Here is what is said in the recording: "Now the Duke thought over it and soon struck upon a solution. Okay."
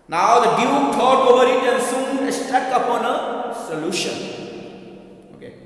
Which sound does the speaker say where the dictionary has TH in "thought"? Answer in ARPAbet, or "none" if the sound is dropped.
T